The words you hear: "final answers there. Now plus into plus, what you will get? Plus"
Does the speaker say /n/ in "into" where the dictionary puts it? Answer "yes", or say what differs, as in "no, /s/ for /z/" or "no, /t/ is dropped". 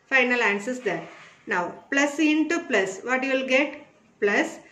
yes